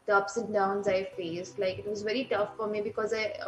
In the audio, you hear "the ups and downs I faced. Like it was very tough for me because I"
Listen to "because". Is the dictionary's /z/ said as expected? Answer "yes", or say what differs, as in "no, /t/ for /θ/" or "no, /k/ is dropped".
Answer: yes